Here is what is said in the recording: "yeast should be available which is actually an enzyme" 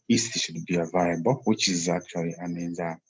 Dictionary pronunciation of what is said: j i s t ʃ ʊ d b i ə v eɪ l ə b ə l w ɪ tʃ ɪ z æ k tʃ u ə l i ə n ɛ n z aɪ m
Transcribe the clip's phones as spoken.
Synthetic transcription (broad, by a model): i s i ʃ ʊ d b i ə v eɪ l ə b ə l w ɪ tʃ ɪ z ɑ k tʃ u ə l i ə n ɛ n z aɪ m